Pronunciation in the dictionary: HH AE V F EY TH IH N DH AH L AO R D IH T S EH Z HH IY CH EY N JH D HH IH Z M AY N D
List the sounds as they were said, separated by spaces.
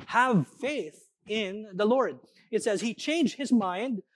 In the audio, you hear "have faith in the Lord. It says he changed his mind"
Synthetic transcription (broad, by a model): HH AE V F EY TH IH N DH AH L AO R D IH T S EH Z HH IY CH EY N JH D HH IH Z M AY N D